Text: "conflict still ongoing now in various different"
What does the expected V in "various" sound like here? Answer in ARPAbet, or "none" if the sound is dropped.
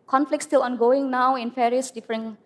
F